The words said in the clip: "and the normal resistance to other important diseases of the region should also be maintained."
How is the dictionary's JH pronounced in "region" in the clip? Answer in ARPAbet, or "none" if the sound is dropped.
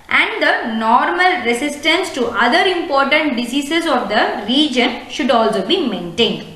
JH